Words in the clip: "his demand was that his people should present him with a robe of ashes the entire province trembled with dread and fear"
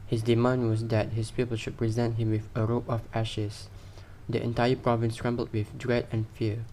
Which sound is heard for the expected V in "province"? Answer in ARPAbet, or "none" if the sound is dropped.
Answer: V